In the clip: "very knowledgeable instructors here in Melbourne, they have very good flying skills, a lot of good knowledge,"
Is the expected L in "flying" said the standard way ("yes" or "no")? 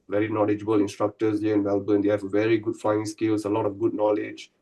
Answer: no